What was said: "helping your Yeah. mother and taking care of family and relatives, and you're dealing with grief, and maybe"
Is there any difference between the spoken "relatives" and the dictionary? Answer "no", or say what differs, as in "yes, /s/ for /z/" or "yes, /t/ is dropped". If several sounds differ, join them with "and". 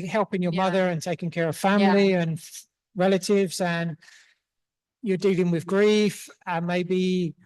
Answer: no